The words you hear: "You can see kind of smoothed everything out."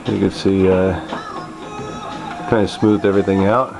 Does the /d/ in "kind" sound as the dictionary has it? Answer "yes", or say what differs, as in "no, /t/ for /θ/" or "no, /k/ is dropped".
no, /d/ is dropped